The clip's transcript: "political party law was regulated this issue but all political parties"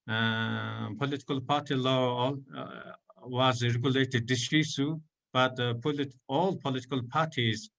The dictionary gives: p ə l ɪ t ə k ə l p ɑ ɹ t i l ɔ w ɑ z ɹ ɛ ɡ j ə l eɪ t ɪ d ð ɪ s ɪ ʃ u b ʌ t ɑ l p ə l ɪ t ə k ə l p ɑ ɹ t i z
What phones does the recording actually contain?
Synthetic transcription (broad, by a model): p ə l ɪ t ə k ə l p ɑ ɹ t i l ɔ w ɑ z ɹ ɛ ɡ j ə l eɪ t ɪ d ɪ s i s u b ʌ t ɑ l p ə l ɪ t ə k ə l p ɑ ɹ t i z